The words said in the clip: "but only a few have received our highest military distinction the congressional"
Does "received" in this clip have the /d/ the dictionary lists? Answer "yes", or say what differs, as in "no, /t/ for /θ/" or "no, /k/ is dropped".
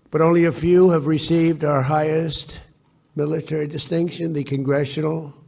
yes